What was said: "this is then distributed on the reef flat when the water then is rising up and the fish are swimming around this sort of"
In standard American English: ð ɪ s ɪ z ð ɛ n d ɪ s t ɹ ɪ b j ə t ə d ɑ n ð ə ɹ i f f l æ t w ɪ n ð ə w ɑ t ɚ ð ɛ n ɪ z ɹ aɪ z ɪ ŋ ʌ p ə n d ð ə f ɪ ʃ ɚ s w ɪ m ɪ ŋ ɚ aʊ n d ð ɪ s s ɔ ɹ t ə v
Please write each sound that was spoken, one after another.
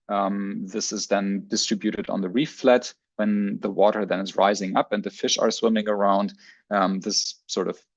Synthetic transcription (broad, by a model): ð ɪ s ɪ z ð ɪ n d ɪ s t ɹ ɪ b j ə t ə d n ð ə ɹ i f f l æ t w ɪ n ð ə w ɑ t ɚ ð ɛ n ɪ z ɹ aɪ z ɪ ŋ ʌ p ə n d ð ə f ɪ ʃ ɚ s w ɪ m ɪ ŋ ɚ aʊ n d ð ɪ s s ɔ ɹ t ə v